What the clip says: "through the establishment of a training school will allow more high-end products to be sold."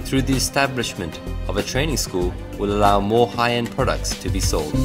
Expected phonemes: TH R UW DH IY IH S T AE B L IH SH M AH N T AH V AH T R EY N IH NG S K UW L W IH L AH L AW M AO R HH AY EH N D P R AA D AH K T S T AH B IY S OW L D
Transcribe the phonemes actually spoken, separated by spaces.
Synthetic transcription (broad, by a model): TH R UW DH IY IH S T AE B L IH SH M AH N T AH V AH T R EY N IH NG S K UW L W IH L AH L AW M AO R HH AY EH N P R AA D AH K T S T AH B IY S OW L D